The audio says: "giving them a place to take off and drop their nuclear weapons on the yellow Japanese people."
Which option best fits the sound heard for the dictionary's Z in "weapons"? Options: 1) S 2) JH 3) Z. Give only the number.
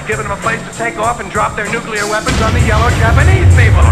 3